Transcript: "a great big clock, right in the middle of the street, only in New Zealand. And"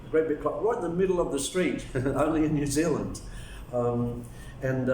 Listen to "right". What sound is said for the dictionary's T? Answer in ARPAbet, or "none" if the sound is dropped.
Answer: none